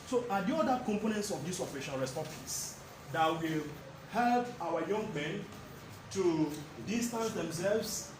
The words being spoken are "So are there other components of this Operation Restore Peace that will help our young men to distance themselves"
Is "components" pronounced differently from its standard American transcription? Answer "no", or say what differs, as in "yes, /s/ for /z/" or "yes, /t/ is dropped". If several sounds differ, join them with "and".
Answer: no